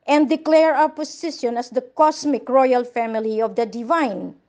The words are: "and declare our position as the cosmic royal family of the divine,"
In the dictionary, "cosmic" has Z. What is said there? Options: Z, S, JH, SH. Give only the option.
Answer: S